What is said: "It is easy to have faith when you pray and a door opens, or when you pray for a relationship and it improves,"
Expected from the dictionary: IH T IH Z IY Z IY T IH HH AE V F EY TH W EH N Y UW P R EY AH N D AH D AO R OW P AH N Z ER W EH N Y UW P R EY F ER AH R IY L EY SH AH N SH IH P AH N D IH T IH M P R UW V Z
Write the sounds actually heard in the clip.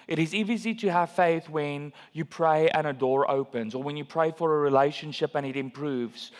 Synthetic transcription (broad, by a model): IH T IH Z IY Z IY T IH HH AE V F EY TH W EH N Y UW P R EY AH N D AH D AO R OW P AH N Z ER W EH N Y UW P R EY F ER AH R IY L EY SH AH N SH IH P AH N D IH T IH M P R UW V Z